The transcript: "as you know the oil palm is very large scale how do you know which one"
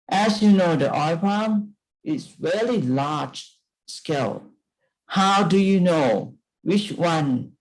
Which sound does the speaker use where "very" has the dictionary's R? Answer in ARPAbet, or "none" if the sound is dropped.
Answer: L